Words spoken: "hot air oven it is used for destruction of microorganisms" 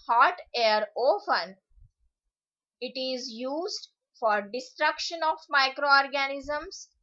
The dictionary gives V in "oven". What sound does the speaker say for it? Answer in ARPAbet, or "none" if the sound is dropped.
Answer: P